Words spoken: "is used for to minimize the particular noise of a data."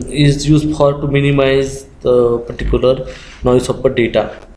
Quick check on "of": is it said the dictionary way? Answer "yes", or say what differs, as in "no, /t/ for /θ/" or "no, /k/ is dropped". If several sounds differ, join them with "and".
no, /p/ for /v/